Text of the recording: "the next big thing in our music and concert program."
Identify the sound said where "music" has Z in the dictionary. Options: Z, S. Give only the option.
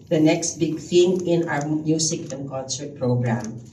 S